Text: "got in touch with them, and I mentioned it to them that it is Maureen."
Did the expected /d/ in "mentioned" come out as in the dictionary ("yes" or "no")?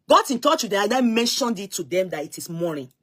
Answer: yes